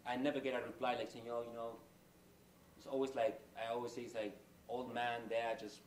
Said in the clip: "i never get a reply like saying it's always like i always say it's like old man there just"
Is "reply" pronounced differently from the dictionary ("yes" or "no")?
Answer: yes